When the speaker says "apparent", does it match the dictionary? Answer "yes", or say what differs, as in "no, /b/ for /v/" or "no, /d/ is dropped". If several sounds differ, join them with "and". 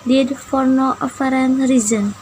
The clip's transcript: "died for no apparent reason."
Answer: no, /f/ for /p/